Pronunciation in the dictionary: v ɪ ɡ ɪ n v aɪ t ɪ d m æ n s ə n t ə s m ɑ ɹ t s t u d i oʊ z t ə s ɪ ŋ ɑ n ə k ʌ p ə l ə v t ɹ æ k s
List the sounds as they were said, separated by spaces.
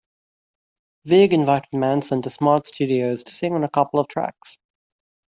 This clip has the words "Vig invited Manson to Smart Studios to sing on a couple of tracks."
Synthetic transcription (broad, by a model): v ɪ ɡ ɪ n v aɪ t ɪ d m æ n s ə n t ə s m ɑ ɹ t s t u d i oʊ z t ə s ɪ ŋ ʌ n ə k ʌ p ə l ə v t ɹ æ k s